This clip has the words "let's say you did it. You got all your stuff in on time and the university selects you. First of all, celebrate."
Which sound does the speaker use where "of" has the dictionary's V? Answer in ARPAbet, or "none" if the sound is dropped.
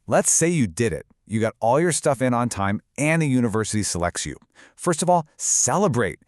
V